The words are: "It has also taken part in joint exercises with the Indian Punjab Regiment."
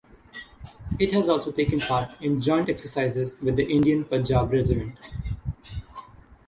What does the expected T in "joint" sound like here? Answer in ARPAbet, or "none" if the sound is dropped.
T